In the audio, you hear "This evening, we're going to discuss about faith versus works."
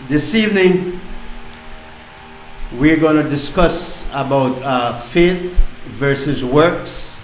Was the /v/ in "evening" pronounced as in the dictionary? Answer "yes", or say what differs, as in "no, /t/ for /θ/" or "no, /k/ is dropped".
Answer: yes